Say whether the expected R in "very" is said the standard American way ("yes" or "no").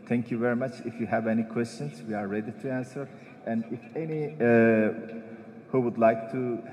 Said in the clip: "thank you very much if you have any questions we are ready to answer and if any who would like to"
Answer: yes